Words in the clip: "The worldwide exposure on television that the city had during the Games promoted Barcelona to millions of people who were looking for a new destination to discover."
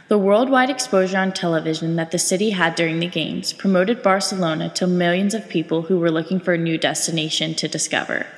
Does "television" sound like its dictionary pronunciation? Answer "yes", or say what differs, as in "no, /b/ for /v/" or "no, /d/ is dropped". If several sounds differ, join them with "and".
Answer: yes